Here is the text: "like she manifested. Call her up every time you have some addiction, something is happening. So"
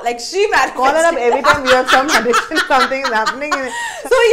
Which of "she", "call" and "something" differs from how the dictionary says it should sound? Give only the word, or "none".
something